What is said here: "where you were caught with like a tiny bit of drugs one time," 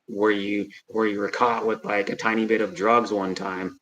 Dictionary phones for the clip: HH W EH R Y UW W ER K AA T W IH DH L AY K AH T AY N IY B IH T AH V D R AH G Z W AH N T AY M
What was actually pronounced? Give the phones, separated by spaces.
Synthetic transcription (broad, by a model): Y W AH R Y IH W ER K AA T W IH DH L AY K AH T AY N IY B IH T AH V D R AH G Z W AH N T AY M